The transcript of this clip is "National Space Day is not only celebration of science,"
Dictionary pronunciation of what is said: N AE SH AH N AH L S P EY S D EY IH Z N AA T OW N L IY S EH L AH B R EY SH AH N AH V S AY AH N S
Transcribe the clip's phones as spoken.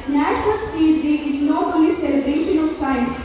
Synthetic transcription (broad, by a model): N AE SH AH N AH L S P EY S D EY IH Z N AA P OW L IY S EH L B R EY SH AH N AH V S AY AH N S